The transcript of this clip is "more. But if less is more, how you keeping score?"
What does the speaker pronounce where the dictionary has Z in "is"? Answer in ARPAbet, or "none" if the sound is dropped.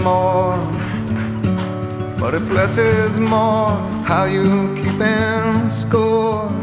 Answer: Z